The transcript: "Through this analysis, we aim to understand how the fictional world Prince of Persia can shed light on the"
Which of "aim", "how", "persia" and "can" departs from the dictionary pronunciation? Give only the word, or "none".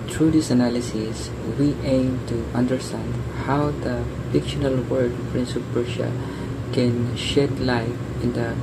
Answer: persia